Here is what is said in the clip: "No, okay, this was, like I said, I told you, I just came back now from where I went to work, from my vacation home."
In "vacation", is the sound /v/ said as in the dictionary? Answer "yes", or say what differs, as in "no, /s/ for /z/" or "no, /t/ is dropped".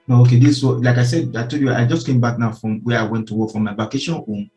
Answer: no, /b/ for /v/